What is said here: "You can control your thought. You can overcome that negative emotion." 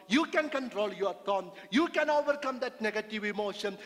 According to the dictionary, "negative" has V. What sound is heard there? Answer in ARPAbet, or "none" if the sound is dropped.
V